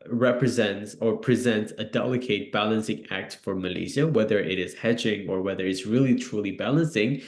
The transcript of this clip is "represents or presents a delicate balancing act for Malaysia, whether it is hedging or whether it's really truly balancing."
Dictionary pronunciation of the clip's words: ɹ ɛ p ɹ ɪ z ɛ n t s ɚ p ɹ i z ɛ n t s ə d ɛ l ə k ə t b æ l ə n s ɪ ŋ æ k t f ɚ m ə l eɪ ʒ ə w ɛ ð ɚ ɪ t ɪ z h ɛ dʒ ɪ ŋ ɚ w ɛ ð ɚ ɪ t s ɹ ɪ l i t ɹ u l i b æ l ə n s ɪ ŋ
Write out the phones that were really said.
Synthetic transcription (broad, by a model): ɹ ɛ p ɹ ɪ z ɛ n t s ɚ p ɹ i z ɛ n t s ə d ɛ l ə k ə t b æ l ə n s ɪ ŋ æ k t f ɚ m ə l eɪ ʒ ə w ɛ ð ɚ ɪ t ɪ z h ɛ dʒ ɪ ŋ ɚ w ɛ ð ɚ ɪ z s ɹ ɪ l i t ɹ u l i b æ l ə n s ɪ ŋ